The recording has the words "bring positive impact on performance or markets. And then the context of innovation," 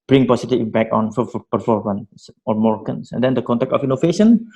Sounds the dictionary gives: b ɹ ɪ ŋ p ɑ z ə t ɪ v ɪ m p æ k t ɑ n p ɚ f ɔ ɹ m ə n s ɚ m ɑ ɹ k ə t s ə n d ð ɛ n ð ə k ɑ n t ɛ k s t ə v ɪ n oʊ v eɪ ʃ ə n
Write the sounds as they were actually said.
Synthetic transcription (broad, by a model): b ɹ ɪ ŋ p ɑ s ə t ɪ b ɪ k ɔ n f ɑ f p ɚ f ɔ ɹ m ə n s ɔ m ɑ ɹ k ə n s ə n d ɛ n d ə k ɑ n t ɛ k t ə f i n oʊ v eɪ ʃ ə n